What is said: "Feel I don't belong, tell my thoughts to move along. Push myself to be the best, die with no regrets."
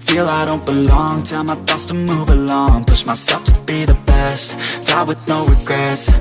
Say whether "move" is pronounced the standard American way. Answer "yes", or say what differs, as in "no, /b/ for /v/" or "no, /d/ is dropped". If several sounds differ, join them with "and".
yes